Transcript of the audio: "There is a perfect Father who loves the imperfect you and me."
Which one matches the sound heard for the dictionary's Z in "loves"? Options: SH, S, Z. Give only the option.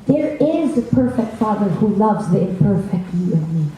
Z